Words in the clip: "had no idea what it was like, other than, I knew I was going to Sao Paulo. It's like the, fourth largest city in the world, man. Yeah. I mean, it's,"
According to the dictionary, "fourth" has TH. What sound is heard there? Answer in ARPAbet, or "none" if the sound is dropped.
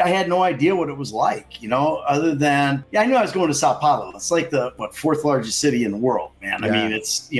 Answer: TH